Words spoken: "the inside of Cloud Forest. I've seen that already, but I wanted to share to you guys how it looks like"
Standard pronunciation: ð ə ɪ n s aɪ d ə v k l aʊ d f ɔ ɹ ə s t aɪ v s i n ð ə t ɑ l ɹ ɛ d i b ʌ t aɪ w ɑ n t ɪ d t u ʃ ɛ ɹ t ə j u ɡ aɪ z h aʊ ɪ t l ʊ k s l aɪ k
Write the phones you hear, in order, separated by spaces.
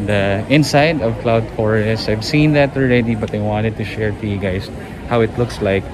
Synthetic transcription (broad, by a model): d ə ɪ n s aɪ d ə v k l aʊ d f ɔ ɹ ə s aɪ v s i n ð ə t ɑ l ɹ ɛ d i b ʌ t aɪ w ɑ n t ɪ d t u ʃ ɛ ɹ t ə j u ɡ aɪ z h aʊ ɪ t l ʊ k s l aɪ k